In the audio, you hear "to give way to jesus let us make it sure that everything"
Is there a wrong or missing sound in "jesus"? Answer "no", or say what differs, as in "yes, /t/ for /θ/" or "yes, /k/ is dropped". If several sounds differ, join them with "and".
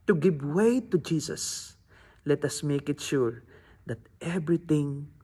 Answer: yes, /s/ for /z/